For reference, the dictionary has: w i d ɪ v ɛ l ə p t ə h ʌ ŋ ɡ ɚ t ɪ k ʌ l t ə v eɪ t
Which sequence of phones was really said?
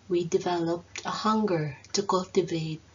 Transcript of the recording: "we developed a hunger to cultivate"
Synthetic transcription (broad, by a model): w i d ɪ v ɛ l ə p t ə h ʌ ŋ ɡ ɚ t ɪ k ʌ l t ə v eɪ t